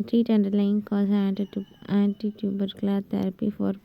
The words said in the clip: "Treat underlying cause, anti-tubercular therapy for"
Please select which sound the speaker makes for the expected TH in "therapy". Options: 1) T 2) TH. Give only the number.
1